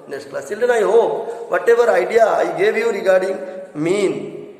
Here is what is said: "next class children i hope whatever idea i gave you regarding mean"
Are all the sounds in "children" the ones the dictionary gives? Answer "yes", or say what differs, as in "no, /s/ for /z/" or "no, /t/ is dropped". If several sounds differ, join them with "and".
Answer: no, /ɹ/ is dropped